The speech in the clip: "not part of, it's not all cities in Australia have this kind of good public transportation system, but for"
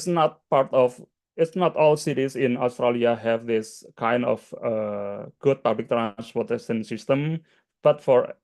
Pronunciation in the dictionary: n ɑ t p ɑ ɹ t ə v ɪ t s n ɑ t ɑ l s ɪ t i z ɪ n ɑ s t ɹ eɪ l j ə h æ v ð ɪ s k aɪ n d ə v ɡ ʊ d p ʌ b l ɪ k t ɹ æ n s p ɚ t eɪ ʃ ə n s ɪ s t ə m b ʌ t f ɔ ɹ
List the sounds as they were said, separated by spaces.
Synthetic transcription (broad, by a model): n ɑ t p ɑ ɹ t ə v ɪ t s n ɑ t ɑ l s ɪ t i s ɪ n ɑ s t ɹ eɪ l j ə h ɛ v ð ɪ s k aɪ n d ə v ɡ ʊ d p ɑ b l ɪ k t ɹ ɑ n s p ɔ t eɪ s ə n s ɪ s t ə m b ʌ t f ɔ ɹ